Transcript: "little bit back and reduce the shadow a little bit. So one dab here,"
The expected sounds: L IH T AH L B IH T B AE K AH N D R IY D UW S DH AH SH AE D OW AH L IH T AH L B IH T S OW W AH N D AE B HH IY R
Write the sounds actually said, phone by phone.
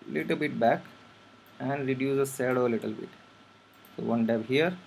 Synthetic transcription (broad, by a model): L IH T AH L B IH T B AE K AH N D R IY D UW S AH S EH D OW AH L IH T AH L B IH T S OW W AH N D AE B HH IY R